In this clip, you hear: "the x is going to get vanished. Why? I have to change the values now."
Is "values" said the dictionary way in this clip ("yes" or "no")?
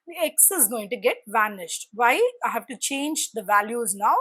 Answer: yes